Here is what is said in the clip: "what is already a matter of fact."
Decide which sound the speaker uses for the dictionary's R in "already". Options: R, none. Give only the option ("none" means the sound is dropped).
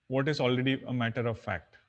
R